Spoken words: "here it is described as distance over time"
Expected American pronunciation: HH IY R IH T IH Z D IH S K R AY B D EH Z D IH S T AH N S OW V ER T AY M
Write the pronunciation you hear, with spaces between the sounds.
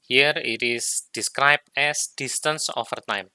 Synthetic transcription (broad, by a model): HH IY R IH T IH S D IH S K R AY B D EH S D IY S T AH N S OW F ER T AY M